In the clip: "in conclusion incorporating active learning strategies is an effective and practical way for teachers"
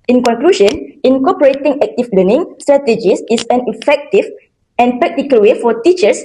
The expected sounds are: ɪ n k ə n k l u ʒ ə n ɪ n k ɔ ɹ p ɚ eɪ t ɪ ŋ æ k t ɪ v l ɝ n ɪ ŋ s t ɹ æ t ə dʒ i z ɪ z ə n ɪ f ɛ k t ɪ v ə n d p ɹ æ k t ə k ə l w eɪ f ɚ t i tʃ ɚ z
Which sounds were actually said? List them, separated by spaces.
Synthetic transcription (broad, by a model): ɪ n k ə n k l u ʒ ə n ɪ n k ɔ p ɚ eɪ t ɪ ŋ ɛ k t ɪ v l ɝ n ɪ ŋ s t ɹ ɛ t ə dʒ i s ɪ s ə n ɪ f ɛ k t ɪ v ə n p ɹ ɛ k t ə k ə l w eɪ f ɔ t i tʃ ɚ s